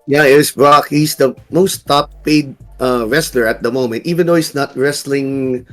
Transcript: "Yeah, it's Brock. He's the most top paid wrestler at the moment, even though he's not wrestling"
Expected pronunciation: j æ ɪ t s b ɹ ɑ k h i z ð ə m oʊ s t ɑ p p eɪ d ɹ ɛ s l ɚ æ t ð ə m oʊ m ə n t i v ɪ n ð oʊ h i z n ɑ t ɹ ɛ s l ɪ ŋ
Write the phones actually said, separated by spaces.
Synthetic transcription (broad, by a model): j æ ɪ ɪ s b ɹ ɑ k h i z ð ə m oʊ s t ɑ p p eɪ d ɹ ɛ s l ɚ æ t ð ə m oʊ m ə n t i v ɪ n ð oʊ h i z n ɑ t ɹ ɛ s l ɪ ŋ